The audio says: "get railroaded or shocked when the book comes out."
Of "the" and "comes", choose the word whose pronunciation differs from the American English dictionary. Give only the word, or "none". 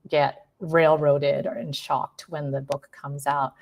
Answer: none